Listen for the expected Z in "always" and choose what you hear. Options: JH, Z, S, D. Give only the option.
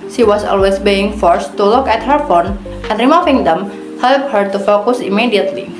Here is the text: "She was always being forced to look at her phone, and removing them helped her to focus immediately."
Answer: S